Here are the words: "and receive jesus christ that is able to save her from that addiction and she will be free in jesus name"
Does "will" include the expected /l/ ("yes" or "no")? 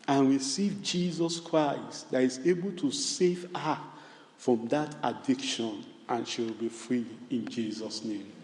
yes